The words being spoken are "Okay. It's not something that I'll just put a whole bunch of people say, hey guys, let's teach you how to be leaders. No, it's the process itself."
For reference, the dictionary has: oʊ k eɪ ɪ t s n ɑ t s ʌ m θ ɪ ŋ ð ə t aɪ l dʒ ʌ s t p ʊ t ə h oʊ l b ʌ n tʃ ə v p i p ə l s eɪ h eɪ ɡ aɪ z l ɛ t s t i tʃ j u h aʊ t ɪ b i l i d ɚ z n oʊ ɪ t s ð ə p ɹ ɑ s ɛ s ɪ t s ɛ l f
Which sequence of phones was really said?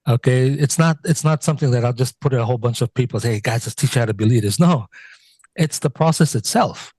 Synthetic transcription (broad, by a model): oʊ k eɪ ɪ t s n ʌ t s ʌ m θ ɪ ŋ ð ə t aɪ l dʒ ʌ s p ʊ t ə h oʊ l b ʌ n tʃ ə v p i p l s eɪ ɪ ɡ aɪ z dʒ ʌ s t i tʃ h aʊ t ɪ b i l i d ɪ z n oʊ ɪ t s ð ə p ɹ ɑ s ɛ s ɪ t s ɛ l f